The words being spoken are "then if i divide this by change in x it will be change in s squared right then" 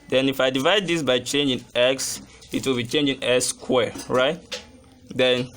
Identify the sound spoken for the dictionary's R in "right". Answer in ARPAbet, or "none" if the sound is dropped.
R